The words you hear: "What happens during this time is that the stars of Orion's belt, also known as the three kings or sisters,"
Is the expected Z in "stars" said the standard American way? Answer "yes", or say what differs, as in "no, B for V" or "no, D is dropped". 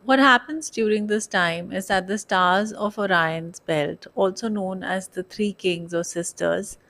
yes